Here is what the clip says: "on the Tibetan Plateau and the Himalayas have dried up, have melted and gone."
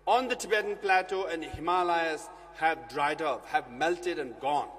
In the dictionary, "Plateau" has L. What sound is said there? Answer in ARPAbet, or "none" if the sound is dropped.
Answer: L